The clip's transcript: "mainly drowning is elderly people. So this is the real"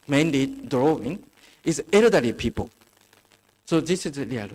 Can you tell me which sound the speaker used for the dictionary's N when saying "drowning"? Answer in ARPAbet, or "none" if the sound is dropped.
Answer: none